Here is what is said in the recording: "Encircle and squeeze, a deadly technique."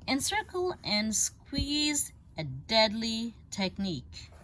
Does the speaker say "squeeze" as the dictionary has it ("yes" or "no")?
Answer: yes